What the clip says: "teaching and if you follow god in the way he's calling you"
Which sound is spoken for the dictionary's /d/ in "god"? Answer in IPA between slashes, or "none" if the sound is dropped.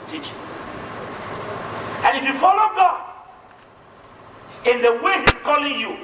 none